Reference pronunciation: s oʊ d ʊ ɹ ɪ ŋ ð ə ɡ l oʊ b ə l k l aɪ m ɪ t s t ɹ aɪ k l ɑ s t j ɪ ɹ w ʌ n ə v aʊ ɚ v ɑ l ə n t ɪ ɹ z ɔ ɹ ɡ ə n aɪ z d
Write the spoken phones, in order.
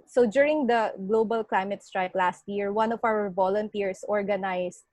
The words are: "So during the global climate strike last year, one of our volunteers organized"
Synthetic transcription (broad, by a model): s oʊ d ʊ ɹ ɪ ŋ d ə ɡ l oʊ b ə l k l aɪ m ɪ t s t ɹ aɪ k l ɑ s t j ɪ ɹ w ʌ n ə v aʊ ɚ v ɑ l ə n t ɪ ɹ s ɔ ɹ ɡ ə n aɪ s